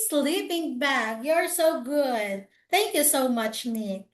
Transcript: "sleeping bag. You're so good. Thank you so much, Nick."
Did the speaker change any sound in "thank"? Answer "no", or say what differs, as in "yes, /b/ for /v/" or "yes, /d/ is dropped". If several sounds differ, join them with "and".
no